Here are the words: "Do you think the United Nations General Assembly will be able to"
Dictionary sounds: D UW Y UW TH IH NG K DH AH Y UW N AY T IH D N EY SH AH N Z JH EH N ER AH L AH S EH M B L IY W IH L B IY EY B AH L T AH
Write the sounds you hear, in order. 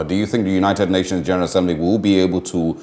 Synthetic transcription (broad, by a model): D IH Y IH TH IH NG K DH AH Y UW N AY T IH D N EY SH AH N Z JH EH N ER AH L AH S EH M B L IY W IH L B IY EY B AH L T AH